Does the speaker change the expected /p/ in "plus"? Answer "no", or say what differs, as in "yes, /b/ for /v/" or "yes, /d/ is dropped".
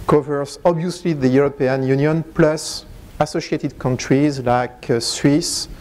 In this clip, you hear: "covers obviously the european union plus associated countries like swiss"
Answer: no